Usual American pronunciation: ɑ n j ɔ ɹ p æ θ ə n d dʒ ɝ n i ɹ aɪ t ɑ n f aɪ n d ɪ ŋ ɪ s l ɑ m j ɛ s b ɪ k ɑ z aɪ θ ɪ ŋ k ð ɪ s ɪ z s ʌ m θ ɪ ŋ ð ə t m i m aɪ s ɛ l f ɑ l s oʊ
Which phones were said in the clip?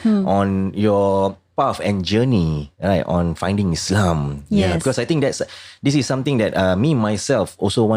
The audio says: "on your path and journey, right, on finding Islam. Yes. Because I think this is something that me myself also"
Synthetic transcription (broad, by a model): ɑ n j ɔ p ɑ f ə n dʒ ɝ n i ɹ aɪ t ɑ n f aɪ n d ɪ ŋ ɪ s l ɑ m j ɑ b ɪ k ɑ s aɪ t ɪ ŋ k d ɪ s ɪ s s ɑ m t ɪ ŋ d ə t m i m aɪ s ɛ l f ɑ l s oʊ